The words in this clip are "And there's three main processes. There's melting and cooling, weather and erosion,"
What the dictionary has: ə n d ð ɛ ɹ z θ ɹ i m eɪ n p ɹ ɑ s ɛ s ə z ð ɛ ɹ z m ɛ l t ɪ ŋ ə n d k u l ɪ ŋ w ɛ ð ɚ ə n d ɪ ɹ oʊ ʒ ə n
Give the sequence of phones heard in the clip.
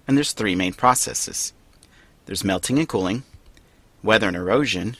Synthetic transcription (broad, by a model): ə n ð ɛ ɹ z θ ɹ i m eɪ n p ɹ ɑ s ɛ s ə z ð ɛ ɹ z m ɛ l t ɪ ŋ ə n k u l ɪ ŋ w ɛ ð ɚ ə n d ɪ ɹ oʊ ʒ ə n